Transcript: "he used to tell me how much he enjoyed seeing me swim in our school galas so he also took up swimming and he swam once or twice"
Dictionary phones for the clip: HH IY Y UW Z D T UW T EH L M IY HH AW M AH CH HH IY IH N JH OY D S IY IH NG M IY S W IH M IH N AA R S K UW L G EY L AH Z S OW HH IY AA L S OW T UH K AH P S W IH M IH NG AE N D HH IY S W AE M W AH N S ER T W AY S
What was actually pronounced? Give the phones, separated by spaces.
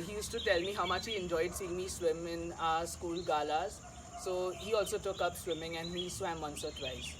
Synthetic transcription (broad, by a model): HH IY Y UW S T UW T EH L M IY HH AW M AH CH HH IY IH N JH OY D S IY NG M IY S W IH M IH N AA S K UW L G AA L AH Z S OW HH IY AA L S OW T UH K AH P S W IH M IH NG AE N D HH IY S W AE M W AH N S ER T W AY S